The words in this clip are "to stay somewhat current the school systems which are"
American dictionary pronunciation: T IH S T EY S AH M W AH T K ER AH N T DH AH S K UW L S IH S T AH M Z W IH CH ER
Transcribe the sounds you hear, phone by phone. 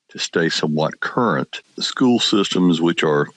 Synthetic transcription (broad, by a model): T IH S T EY S AH M W AH T K ER AH N T S K UW L S IH S T AH M Z W IH CH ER